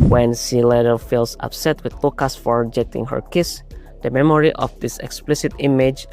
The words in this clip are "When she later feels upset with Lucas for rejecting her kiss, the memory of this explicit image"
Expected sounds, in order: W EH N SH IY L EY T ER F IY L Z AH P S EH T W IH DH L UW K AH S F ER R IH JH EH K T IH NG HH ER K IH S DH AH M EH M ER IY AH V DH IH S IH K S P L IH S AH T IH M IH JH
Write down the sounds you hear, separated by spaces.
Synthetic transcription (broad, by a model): W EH N SH IY L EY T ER F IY L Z AH P S EH T W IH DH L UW K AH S F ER R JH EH T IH NG HH ER K IH S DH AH M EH M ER IY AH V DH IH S IH K S P L IH S AH T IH M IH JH